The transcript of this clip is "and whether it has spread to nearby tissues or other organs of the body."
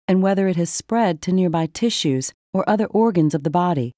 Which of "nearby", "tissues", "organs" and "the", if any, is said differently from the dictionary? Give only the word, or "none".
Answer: none